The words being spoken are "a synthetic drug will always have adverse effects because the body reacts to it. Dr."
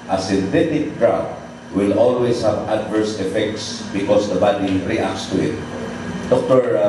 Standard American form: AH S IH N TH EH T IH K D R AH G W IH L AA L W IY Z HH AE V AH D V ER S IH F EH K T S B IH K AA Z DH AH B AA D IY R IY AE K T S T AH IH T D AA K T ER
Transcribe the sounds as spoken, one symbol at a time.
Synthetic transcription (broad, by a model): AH S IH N T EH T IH K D R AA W W IH L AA L W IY S HH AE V AH D V ER S IH F EH K T S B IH K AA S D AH B AA D IY R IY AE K S T AH IH T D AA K T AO